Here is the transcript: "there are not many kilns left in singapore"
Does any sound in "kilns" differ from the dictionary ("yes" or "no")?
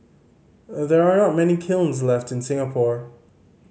no